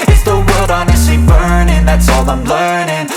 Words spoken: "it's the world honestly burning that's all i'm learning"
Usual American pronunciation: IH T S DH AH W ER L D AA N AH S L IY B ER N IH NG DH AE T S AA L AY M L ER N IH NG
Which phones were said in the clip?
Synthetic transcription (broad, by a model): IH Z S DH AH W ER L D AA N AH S IY B ER N IH NG DH AE T S AA L AY M L ER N IH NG